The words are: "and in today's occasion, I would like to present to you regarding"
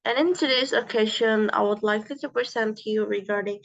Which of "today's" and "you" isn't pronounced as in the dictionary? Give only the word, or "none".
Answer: today's